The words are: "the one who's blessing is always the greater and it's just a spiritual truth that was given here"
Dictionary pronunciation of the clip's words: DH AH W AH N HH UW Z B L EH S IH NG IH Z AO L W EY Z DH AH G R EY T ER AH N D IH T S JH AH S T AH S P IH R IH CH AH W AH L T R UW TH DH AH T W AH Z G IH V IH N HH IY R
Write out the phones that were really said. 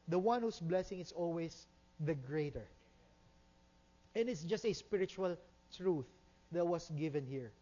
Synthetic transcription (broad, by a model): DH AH W AH N HH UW S B L EH S IH NG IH S AO L W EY S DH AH G R EY T ER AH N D IH T S JH AH S T AH S P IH R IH CH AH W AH L T R UW TH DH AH T W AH S G IH V IH N HH IY R